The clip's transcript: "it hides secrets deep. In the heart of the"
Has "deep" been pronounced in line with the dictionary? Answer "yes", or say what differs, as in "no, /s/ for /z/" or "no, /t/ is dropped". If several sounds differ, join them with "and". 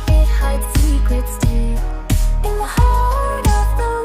no, /p/ is dropped